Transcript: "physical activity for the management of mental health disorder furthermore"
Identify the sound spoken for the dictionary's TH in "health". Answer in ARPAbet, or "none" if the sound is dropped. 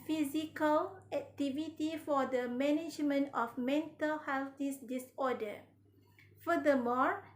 S